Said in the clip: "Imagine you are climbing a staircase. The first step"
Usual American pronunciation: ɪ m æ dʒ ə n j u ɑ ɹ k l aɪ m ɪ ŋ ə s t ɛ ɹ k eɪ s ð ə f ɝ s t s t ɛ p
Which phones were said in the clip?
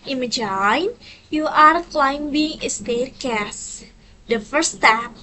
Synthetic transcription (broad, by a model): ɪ m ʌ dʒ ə n j u ɑ ɹ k l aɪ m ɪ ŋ ə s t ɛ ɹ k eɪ s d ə f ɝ t s t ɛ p